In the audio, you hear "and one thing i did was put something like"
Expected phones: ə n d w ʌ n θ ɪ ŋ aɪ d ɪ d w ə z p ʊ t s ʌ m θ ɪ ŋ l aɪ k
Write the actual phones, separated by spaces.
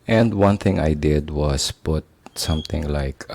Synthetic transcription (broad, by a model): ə n d w ʌ n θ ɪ ŋ aɪ d ɪ d w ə s p ʊ t s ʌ m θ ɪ ŋ l aɪ k